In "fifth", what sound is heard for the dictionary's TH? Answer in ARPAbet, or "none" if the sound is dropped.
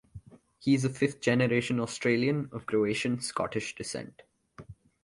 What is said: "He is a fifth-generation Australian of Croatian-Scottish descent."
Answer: T